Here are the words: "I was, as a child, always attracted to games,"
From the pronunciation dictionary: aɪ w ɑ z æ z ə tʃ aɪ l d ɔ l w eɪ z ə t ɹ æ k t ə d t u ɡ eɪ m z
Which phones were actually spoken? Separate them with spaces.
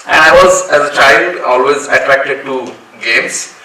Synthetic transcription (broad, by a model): aɪ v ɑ z æ z ə tʃ aɪ l d ɔ l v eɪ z ə t ɹ æ k t ə d t u ɡ eɪ m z